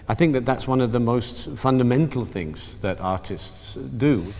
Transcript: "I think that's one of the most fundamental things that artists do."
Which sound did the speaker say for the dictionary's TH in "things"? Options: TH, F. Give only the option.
TH